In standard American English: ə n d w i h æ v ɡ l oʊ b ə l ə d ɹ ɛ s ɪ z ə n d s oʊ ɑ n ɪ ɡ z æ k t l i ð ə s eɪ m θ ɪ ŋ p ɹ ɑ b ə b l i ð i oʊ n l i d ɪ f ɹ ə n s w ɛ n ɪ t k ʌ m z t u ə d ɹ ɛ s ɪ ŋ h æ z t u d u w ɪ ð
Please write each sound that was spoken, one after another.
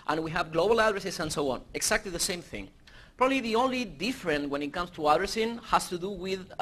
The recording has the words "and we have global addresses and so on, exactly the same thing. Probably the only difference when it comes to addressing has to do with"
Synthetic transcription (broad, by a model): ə n w i h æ v ɡ l oʊ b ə l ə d ɹ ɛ s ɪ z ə n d s oʊ ɑ n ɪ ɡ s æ k t l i ð ə s eɪ m θ ɪ ŋ p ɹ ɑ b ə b l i ð i oʊ n l i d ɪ f ɹ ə n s w ɛ n ɪ t k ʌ m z t u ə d ɹ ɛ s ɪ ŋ h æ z t u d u w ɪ ð